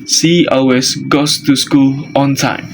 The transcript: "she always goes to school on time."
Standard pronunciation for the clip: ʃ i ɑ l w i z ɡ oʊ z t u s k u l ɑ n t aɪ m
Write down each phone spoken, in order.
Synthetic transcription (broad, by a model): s i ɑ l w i s ɡ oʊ s t u s k u l ɑ n t aɪ m